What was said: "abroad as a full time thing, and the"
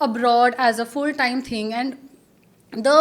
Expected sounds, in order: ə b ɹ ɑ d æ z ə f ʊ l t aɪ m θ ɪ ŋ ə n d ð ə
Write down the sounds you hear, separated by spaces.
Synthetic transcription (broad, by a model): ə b ɹ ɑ d æ z ə f ʊ l t aɪ m t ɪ ŋ ə n d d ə